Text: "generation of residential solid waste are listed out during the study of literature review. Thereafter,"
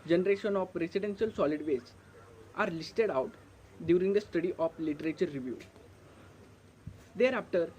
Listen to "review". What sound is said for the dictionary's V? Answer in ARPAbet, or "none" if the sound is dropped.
V